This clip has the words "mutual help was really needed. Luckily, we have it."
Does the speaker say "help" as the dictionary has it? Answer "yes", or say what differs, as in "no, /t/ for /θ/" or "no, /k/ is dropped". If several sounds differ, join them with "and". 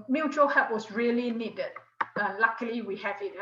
no, /l/ is dropped